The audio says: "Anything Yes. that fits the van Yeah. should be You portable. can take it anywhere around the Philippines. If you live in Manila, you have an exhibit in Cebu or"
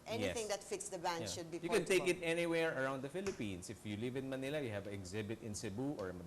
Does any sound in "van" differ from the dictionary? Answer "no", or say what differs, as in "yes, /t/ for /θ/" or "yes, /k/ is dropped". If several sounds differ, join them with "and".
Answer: yes, /b/ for /v/